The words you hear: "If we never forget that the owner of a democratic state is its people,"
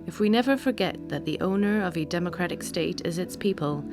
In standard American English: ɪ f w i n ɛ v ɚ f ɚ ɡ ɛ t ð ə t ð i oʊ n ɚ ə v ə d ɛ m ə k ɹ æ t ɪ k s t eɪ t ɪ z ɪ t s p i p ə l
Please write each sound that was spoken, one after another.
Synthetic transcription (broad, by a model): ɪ f w i n ɛ v ɚ f ɚ ɡ ɛ t ð ə t ð i oʊ n ɚ ə v ə d ɛ m ə k ɹ æ t ɪ k s t eɪ t ɪ z ɪ t s p i p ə l